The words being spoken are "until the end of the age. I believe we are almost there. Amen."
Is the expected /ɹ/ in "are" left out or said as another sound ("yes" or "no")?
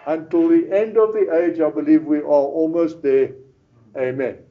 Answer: yes